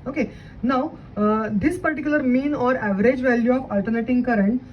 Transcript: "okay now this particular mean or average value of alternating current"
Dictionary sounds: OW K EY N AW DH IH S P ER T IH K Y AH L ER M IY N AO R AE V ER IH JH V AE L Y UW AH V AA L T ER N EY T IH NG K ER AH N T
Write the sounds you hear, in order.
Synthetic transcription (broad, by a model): OW K EY N AW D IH S P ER T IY K Y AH L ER M IY N AO R AE V ER IH JH V AE L Y UW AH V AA L T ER N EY T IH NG K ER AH N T